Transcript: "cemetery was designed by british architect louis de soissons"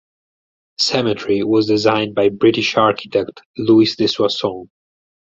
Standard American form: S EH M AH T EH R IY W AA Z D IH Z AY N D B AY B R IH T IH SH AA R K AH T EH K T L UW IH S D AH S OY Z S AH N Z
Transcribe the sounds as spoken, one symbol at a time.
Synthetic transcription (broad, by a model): S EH M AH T R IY W AA Z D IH Z AY N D B AY B R IH T IH SH AA R K AH T EH K T L UW IH S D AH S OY S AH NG